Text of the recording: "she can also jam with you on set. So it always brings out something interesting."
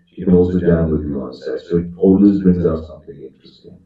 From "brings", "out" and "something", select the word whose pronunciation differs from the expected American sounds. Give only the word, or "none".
none